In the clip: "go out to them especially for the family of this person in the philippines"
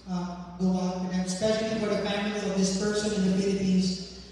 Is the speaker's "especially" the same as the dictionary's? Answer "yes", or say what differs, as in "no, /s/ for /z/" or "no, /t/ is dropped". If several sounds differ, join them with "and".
yes